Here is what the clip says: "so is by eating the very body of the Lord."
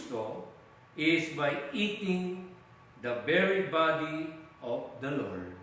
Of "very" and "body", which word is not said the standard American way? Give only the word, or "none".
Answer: very